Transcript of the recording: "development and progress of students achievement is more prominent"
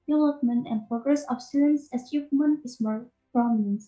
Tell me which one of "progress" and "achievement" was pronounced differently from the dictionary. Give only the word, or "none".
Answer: achievement